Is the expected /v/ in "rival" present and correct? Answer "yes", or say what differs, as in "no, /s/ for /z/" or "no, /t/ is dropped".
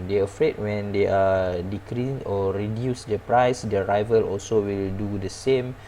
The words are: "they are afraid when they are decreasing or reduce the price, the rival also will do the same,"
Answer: yes